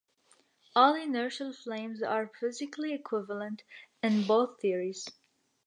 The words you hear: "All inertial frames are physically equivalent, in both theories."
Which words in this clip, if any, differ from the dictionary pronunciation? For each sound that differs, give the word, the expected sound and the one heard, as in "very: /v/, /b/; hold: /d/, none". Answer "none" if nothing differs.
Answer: frames: /ɹ/, /l/